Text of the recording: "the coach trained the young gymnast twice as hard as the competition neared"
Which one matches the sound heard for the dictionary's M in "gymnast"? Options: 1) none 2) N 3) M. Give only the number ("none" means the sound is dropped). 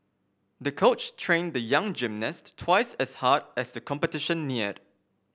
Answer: 3